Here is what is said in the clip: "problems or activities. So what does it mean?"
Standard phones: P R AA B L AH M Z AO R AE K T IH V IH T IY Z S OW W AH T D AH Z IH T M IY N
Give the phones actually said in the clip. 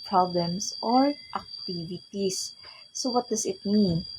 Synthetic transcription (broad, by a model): P R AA B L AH M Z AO R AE K T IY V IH T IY S OW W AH T D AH S IH T M IY N